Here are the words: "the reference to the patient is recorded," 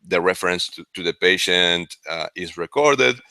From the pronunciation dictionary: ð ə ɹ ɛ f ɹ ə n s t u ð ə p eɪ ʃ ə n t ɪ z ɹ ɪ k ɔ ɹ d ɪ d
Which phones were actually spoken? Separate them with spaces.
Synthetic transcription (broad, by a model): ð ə ɹ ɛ f ɹ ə n s t u ð ə p eɪ ʃ ə n t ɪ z ɹ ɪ k ɔ ɹ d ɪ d